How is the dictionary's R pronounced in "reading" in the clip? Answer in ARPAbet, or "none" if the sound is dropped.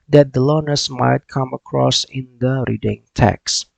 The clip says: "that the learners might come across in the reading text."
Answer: R